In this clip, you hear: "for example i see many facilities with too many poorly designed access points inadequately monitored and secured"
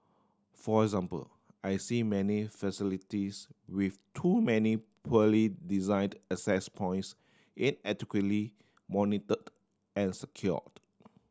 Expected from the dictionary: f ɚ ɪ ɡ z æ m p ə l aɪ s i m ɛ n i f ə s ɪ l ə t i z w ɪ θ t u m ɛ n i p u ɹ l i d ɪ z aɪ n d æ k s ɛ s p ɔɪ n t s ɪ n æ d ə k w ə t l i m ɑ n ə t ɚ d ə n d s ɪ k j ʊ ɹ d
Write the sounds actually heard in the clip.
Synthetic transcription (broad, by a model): f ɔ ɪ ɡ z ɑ m p ə l aɪ s i m ɛ n i f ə s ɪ l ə t i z w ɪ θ t u m ɛ n i p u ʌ l i d ɪ z aɪ n d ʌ s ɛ s p ɔɪ n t s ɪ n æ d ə k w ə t l i m ɑ n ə t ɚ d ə n s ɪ k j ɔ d